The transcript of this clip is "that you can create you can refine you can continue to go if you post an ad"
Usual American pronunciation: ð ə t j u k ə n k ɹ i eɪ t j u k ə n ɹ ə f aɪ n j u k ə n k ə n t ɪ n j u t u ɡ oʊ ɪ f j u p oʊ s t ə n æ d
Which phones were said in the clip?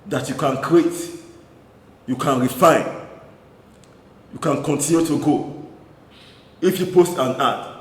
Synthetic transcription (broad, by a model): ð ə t j u k ə n k ɹ i eɪ t j u k ə n ɹ ə f aɪ n j u k ə n k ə n t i n j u t u ɡ oʊ ɪ f j u p oʊ s t ə n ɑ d